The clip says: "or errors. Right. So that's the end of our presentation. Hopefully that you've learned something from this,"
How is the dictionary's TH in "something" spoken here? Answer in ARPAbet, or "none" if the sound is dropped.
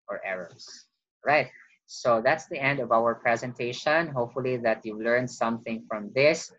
TH